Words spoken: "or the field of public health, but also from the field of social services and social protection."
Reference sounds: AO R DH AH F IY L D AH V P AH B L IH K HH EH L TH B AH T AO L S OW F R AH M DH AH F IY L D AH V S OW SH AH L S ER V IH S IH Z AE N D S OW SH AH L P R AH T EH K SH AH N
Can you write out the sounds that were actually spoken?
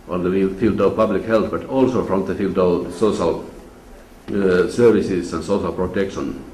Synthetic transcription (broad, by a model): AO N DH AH F IY L D AH V P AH B L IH K HH EH L TH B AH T AO L S OW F R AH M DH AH F IY L D AH V S OW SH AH L S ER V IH S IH S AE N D S OW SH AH L P R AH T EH K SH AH N